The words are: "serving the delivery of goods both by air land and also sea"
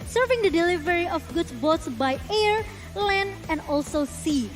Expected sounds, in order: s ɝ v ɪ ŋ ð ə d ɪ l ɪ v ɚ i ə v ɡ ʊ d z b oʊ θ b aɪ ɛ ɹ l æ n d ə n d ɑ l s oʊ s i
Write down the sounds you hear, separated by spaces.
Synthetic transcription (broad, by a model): s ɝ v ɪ ŋ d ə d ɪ l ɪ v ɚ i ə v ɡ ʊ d b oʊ t b aɪ ɛ ɹ l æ n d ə n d ɑ l s oʊ s i